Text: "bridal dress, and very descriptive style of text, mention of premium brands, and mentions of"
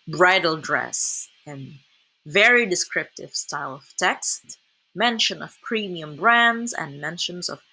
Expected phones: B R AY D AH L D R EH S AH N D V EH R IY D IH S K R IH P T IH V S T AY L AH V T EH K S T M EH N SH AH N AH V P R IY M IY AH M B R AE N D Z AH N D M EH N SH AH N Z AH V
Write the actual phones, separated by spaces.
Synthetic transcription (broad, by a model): B R AY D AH L D R EH S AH N V EH R IY D IH S K R IH P T IH V S T AY L AH V T EH K S T M EH N SH AH N AH V P R IY M IY AH M B R AE N D Z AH N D M EH N SH AH N Z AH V